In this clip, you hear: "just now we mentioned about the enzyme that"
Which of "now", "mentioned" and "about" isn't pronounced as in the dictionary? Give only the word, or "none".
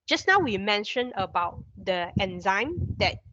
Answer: mentioned